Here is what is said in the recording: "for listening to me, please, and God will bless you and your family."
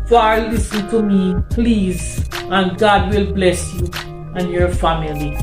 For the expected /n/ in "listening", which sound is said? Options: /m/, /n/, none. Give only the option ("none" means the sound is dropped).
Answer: none